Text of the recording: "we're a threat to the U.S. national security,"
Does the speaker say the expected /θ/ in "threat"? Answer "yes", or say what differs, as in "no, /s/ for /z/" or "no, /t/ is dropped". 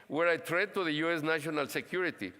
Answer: no, /t/ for /θ/